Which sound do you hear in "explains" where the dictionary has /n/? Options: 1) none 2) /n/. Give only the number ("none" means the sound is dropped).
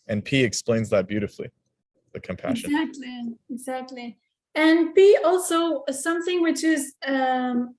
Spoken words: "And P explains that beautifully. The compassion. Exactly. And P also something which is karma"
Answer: 2